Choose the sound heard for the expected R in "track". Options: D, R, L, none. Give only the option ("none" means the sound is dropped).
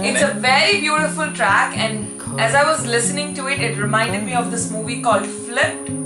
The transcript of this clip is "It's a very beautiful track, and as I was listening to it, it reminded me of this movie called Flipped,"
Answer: R